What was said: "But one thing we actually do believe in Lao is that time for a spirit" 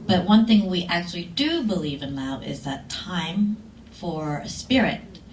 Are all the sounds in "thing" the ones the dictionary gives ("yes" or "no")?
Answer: yes